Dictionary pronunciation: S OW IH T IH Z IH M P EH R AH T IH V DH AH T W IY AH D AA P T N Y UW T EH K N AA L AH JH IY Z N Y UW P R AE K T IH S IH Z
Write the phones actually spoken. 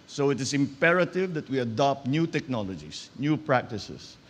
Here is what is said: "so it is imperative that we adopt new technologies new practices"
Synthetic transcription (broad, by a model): S OW IH T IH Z IH M P EH R AH T IH V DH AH T W IY AH D AA P T N Y UW T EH K N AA L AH JH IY S N Y UW P R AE K T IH S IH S